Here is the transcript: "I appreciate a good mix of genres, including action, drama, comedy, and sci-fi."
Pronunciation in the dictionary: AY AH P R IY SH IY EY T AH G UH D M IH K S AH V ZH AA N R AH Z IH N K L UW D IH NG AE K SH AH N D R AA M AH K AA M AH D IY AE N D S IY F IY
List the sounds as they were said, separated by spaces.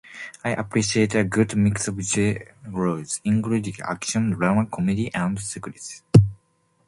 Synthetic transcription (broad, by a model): AY AH P R IY SH IY EY T AH G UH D M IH K S AH V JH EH R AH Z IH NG K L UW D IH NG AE K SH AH N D R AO M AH K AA M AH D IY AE N D S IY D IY